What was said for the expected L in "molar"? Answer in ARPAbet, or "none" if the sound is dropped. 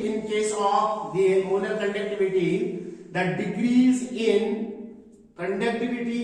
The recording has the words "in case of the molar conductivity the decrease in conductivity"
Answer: N